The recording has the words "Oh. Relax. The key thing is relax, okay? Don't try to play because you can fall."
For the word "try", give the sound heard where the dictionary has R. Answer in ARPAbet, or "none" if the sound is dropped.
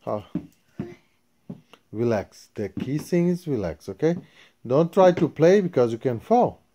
R